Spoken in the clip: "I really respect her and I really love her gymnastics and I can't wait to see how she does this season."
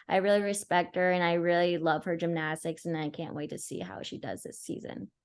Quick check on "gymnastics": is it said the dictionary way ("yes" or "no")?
yes